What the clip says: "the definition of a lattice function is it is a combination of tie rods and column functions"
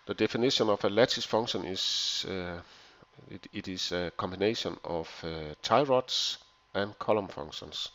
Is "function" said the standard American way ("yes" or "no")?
no